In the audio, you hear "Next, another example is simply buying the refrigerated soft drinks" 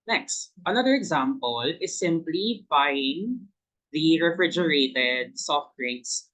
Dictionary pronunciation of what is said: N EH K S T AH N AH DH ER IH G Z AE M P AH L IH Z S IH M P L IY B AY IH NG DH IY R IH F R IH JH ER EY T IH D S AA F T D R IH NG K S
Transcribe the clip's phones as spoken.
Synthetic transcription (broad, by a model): N EH K S T AH N AH DH ER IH G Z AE M P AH L IH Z S IH M P L IY B AY IH NG DH IY R IH F R IH JH ER EY T IH D S AA F T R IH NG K S